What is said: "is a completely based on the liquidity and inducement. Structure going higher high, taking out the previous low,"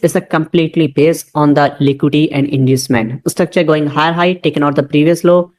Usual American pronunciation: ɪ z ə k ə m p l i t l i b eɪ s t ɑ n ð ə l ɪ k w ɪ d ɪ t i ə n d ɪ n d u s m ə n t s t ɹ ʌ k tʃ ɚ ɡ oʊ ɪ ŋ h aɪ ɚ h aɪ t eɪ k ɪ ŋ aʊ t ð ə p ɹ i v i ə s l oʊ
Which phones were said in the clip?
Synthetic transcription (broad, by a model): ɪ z ə k ə m p l i t l i b eɪ s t ɑ n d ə l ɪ k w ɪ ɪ t i ə n d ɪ n d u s m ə n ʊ s t ʌ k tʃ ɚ ɡ oʊ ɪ ŋ h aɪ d h aɪ t eɪ k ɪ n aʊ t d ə p ɹ i v i ə s l oʊ